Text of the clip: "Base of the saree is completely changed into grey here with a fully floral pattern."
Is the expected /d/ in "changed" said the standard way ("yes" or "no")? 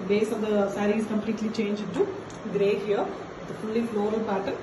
no